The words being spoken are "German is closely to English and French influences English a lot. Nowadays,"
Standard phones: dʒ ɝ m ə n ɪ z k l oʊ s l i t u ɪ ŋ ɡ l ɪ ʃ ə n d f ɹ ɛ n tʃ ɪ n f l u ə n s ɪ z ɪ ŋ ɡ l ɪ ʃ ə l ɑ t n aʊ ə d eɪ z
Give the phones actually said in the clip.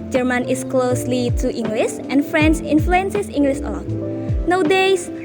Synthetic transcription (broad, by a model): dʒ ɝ m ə n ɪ s k l oʊ s l i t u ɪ ŋ ɡ l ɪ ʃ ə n f ɹ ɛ n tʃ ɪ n f l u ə n s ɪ s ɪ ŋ ɡ l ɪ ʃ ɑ n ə d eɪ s